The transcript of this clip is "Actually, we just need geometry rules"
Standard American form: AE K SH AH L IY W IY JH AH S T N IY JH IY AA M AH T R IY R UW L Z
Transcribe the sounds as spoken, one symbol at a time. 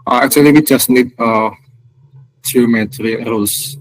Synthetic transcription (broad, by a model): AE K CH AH L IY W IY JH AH S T N IY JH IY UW M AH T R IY R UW L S